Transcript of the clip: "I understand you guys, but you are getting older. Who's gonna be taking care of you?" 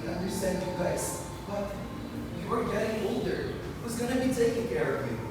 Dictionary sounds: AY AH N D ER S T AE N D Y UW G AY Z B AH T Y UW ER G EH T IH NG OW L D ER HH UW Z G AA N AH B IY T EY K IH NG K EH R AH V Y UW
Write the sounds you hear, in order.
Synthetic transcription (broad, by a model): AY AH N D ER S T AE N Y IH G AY S B AH T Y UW ER G EH T IH NG OW L D ER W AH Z G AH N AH B IY T EY K IH NG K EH R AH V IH